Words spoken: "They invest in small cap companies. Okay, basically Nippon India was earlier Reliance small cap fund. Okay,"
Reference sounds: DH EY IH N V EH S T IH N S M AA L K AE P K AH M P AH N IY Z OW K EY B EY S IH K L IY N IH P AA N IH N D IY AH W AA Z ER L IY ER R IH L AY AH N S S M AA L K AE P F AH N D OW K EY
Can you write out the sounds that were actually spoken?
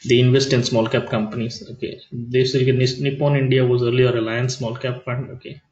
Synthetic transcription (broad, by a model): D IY IH N V EH S T IH N S M AA L K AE P K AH M P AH N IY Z OW K EY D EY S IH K N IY N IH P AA N IH N D IY AH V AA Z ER L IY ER R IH L AY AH N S S M AA L K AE P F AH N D OW K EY